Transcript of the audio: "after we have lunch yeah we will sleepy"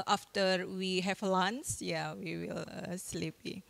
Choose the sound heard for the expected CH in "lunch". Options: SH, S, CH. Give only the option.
S